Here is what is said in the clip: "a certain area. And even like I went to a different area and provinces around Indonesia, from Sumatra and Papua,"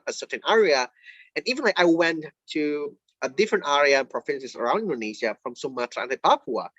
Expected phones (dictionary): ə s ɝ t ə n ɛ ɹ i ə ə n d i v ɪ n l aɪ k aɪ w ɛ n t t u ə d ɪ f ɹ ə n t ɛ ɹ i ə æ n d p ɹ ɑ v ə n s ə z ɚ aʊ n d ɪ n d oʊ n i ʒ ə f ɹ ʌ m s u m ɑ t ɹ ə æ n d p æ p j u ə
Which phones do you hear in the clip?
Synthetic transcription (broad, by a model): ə s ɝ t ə n ɛ ɹ i ə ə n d i v ɪ n l aɪ k aɪ w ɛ n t t u ə d ɪ f ɹ ə n t ɛ ɹ i ə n p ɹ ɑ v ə n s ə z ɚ aʊ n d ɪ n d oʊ n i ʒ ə f ɹ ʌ m s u m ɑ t ə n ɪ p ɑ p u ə